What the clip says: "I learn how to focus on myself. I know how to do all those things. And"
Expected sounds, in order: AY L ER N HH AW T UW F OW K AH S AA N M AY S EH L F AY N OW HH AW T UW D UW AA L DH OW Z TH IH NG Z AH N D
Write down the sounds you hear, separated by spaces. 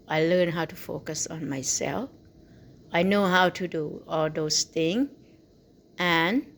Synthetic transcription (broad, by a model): AY L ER N HH AW T UW F OW K AH S AA N M AY S EH L F AY N OW HH AW T UW D UW AA L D OW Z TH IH NG AH N